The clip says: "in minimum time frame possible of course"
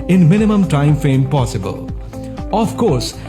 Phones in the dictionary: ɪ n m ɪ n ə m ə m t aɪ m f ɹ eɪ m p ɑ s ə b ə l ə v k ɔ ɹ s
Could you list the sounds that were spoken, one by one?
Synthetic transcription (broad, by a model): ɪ n m ɪ n ə m ə m t aɪ m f eɪ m p ɑ s ə b ə l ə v k ɔ ɹ s